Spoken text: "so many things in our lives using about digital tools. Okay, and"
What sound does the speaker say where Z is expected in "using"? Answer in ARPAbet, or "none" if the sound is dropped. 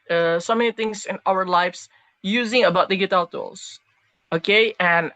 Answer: Z